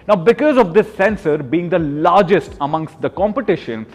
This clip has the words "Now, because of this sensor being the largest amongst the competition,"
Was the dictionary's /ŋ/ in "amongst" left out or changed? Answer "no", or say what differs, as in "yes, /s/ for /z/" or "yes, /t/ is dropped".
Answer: no